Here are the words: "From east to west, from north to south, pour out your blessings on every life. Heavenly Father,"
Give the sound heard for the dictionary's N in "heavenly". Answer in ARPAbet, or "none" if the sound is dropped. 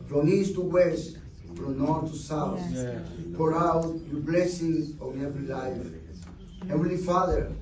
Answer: none